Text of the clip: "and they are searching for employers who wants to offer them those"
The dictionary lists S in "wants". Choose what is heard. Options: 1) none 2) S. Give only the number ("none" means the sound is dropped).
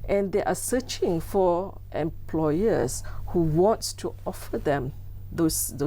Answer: 1